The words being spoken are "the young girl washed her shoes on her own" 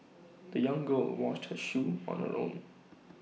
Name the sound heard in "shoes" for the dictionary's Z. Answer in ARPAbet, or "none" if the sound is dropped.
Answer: none